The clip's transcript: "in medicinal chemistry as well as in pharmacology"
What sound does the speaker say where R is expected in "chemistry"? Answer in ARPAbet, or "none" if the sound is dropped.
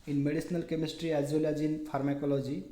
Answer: R